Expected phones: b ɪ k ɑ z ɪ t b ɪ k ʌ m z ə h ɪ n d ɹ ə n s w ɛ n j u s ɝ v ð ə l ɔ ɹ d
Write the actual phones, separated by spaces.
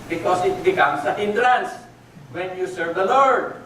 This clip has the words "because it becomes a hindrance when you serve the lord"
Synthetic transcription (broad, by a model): b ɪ k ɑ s ɪ t b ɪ k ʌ m s ə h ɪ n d l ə n s w ɛ n j u s ɝ v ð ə l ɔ ɹ d